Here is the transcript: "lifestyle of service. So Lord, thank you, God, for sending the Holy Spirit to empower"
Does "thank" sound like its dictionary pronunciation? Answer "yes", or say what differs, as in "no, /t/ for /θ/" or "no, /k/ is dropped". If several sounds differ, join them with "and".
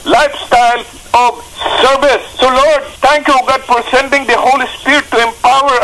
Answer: no, /t/ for /θ/